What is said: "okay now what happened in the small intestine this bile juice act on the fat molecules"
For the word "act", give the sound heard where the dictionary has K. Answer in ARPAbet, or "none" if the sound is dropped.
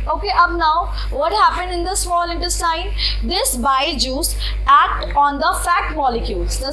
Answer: K